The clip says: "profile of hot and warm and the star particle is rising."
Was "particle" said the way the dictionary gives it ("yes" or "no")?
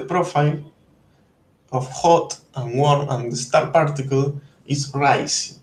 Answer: yes